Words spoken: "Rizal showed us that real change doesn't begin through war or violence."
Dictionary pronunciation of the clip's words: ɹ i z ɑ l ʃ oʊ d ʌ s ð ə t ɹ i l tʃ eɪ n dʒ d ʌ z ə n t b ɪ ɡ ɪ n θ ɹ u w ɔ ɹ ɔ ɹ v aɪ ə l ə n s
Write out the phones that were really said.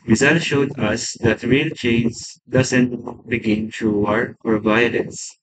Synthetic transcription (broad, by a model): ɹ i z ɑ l ʃ oʊ d ʌ s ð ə t ɹ i l tʃ eɪ n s d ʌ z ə n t b ɪ ɡ ɪ n t ɹ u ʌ ɹ ɔ ɹ v aɪ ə l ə n s